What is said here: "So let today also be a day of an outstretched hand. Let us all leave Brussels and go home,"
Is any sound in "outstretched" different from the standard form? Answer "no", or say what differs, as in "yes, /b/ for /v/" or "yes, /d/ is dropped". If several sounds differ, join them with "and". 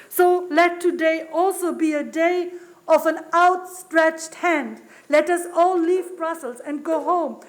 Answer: no